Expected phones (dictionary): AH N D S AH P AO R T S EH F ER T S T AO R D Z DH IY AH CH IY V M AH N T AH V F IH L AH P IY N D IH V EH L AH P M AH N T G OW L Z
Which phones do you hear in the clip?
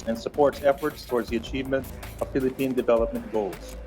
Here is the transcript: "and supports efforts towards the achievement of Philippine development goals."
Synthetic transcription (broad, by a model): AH N S AH P AO R T S EH F ER T S T AO R D Z DH IY AH CH IY V M AH N T AH V F IH L AH P IY N D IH V EH L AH P M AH N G OW L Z